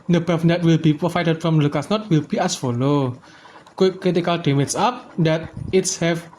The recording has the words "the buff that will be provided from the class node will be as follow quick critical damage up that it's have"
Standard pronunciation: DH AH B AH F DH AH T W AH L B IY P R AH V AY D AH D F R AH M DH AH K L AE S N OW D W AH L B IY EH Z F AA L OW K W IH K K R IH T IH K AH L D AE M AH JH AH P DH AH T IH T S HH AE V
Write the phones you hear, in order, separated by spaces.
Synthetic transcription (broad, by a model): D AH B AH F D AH T W AH L B IY P R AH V AY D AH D F R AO M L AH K AA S N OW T W AH L B IY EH S F AA L OW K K K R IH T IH K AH L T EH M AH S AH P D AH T IH T S HH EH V